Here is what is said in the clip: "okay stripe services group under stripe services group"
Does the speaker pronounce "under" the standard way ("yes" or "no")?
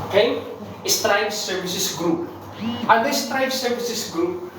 no